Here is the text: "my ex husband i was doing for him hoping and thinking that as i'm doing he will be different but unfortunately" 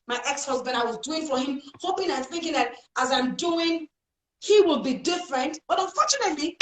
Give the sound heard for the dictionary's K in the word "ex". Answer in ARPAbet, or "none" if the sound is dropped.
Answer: K